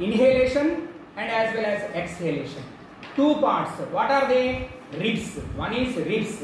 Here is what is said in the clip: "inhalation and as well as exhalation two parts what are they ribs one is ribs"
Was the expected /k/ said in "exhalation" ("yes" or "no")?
yes